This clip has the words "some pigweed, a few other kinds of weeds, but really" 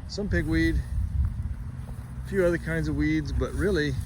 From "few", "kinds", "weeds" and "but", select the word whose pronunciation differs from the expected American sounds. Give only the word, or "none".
none